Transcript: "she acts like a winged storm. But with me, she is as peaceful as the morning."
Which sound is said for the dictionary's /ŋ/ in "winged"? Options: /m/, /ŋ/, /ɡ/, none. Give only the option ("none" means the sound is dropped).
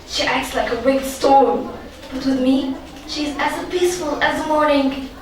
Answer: none